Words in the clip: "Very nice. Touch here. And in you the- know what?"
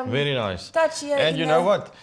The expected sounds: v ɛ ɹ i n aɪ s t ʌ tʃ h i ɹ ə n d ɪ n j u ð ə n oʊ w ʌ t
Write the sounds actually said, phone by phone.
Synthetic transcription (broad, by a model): v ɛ ɹ i n aɪ s t ʌ tʃ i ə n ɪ n j u n oʊ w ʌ t